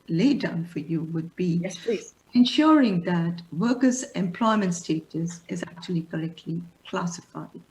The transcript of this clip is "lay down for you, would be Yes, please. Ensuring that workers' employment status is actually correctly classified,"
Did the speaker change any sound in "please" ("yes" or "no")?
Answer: yes